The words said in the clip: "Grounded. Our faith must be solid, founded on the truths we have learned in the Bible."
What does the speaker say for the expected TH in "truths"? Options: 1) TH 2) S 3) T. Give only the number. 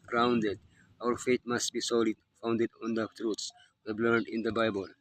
3